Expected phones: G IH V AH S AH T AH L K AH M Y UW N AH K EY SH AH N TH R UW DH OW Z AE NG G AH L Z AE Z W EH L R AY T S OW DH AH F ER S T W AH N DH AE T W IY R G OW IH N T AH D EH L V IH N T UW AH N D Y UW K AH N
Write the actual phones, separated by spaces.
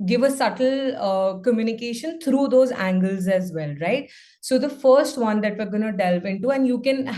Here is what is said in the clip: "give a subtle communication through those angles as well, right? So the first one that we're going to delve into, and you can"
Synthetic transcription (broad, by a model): G IH V AH S AH T AH L K AH M Y UW N AH K EY SH AH N T R UW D OW Z AE NG G AH L Z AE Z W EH L R AY T S OW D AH F ER S T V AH N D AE T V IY R G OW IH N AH D EH L V IH N T UW AH N D Y UW K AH N